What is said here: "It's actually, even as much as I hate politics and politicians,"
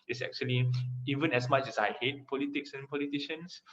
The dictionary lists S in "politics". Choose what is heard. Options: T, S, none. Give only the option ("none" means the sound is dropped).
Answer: S